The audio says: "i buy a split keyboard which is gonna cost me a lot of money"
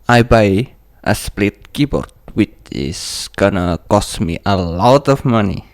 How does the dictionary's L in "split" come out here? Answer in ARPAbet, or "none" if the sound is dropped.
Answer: L